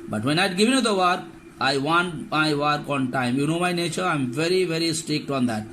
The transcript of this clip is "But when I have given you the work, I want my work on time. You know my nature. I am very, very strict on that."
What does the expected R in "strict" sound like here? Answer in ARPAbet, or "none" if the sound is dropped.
R